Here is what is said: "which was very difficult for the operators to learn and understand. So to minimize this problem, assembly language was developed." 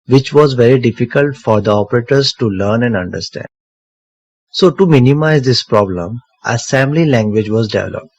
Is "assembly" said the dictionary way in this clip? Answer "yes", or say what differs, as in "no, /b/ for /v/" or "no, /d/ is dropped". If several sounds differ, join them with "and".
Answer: no, /b/ is dropped